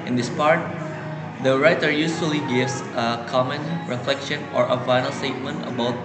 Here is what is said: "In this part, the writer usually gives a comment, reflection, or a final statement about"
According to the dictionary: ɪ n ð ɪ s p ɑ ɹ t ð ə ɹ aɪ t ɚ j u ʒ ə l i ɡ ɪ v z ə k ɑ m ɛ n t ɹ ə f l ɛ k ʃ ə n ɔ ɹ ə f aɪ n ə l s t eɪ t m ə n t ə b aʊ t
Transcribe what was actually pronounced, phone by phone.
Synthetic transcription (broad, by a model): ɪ n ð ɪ s p ɑ ɹ t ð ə ɹ aɪ t ɚ j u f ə l i ɡ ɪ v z ə k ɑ m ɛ n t ɹ ə f l ɛ k ʃ ə n ɔ ɹ ə f aɪ n ə l s t eɪ t m ə n t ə b aʊ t